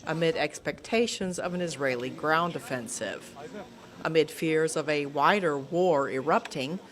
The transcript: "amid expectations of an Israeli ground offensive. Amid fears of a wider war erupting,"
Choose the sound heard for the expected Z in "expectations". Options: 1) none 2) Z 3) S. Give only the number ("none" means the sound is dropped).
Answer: 2